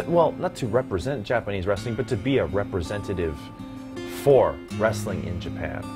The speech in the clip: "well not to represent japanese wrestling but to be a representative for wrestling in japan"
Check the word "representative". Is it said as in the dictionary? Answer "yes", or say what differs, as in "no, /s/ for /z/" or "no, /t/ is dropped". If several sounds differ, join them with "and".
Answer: yes